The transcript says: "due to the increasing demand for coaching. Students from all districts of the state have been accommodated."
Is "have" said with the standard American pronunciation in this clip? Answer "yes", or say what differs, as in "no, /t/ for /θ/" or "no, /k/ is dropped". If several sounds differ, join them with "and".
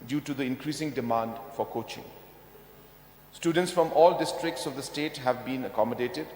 yes